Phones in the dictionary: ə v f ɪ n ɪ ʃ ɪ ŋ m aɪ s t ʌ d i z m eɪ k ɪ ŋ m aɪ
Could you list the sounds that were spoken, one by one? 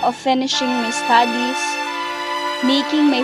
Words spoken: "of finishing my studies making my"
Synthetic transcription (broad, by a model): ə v f ɪ n ɪ ʃ ɪ ŋ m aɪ s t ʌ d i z m eɪ k ɪ ŋ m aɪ